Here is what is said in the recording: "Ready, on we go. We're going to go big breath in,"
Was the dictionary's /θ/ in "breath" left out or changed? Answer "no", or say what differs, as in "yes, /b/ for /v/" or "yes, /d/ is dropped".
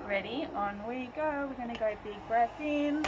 yes, /s/ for /θ/